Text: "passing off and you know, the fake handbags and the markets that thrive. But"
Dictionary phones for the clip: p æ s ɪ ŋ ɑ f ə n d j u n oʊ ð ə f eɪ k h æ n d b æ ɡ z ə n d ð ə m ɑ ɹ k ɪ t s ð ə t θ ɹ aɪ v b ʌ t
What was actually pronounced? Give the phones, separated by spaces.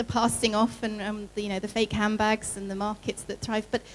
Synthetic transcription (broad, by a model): p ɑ s ɪ ŋ ɑ f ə n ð j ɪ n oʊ ð ə f eɪ k h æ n b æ ɡ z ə n ð ə m ɑ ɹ k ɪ t s ð ə t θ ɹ aɪ v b ʌ t